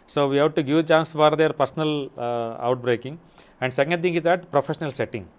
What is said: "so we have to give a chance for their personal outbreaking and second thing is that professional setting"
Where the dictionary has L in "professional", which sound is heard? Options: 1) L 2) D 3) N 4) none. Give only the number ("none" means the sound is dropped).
1